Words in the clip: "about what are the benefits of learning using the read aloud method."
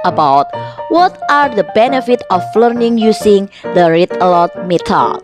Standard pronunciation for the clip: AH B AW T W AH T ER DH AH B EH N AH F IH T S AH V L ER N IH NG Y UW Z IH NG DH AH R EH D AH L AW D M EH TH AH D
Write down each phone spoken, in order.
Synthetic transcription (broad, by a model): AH B AW T W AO T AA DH AH B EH N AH F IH T AH F L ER N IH NG Y UW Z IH NG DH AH R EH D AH L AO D M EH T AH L